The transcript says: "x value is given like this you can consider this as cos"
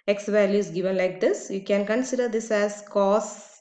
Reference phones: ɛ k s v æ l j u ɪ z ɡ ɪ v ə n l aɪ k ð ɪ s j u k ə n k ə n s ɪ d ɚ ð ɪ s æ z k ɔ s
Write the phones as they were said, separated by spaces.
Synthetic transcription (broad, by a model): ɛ k s v æ l j u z ɡ ɪ v ə n l aɪ k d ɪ s j u k ə n k ə n s ɪ d ɚ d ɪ s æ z k ɔ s